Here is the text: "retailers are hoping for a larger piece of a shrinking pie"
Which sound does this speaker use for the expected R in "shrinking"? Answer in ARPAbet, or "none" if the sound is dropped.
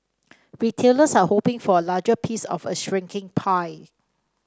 R